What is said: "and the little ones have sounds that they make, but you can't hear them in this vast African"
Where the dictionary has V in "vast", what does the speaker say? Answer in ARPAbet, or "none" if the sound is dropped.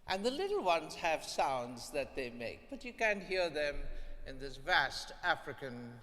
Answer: V